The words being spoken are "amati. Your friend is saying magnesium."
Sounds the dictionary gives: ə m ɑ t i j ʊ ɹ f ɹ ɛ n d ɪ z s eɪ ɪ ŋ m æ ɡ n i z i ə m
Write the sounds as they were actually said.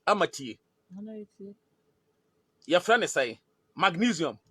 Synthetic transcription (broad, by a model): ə m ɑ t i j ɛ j f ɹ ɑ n ɪ s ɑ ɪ m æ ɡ n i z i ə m